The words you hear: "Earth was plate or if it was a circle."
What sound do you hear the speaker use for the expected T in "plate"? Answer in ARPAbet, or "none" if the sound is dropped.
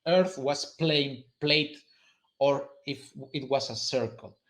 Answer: T